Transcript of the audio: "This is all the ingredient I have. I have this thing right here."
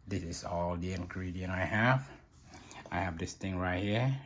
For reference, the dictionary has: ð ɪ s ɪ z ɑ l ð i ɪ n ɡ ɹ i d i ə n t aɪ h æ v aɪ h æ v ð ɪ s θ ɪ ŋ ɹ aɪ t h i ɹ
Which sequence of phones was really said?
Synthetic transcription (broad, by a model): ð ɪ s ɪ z ɑ l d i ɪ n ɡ ɹ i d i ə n aɪ h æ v aɪ h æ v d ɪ s t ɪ ŋ ɹ aɪ t h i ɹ